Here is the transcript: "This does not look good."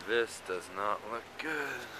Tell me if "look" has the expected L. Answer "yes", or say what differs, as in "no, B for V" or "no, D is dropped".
yes